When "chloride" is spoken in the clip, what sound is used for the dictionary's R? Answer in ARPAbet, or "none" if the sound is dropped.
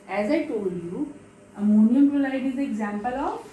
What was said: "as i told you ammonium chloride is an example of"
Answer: L